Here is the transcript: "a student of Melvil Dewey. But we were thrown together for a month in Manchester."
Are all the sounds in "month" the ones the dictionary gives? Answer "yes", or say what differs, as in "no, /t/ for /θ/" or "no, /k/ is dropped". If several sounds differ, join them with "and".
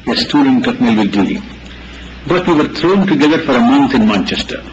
no, /t/ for /θ/